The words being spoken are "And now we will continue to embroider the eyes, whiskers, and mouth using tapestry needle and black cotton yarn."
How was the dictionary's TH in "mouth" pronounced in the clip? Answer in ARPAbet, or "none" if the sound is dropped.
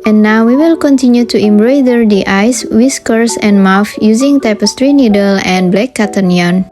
F